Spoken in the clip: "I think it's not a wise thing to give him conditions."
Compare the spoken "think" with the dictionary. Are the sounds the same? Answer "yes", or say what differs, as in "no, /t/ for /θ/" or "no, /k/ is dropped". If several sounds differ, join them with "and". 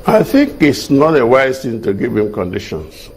yes